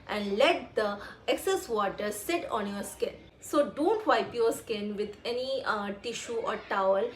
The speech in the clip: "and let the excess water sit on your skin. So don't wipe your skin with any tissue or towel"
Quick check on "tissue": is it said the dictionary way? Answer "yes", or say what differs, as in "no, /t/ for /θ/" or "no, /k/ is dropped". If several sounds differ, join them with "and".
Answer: yes